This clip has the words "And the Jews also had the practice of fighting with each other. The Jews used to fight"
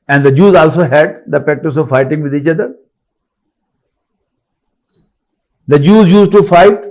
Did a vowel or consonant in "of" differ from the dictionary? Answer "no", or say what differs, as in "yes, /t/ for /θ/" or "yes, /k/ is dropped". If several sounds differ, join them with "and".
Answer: no